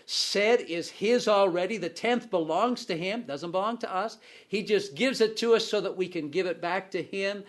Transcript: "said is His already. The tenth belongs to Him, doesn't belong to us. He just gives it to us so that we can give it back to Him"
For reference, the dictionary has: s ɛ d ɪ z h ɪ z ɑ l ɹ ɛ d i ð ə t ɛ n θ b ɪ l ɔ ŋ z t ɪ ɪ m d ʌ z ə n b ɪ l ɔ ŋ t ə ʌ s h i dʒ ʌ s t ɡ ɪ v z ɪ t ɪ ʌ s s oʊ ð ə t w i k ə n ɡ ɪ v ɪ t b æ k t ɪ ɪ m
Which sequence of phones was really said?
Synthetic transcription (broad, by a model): s ɛ d ɪ z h ɪ z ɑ l ɹ ɛ d i ð ə t ɛ n θ b ɪ l ɔ ŋ z t ɪ ɪ m d ʌ z ə n b ɪ l ɔ ŋ t ə ʌ s h i dʒ ʌ s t ɡ ɪ v z ɪ t ɪ ʌ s s oʊ ð ə t w i k ə n ɡ ɪ v ɪ t b æ k t ɪ ɪ m